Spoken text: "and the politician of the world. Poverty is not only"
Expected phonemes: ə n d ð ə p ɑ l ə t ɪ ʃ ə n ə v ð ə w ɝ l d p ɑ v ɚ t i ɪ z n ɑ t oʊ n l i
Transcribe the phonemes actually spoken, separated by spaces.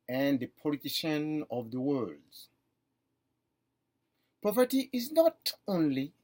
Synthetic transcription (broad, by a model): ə n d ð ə p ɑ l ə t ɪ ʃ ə n ə v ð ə w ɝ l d p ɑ p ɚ t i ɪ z n ɑ t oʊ n l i